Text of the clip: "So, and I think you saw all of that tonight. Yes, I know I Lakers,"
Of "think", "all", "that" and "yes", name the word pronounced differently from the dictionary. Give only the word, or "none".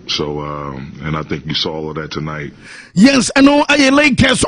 none